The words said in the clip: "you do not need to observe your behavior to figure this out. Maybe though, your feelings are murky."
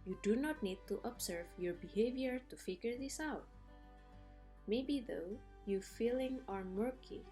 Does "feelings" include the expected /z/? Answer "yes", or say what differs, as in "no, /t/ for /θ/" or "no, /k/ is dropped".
no, /z/ is dropped